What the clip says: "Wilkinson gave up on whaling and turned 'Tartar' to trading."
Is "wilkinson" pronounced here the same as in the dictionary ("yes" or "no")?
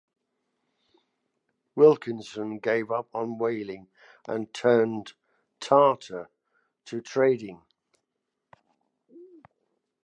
yes